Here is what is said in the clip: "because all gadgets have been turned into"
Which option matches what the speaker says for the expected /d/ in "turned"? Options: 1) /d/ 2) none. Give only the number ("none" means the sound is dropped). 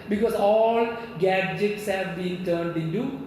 1